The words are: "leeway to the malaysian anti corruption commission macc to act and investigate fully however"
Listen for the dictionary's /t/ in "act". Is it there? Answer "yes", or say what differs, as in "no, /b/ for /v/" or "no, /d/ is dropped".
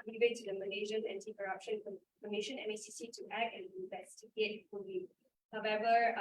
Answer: no, /t/ is dropped